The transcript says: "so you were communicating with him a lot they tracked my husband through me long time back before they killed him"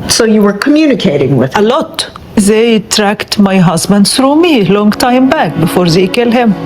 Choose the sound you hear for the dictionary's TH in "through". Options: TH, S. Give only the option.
S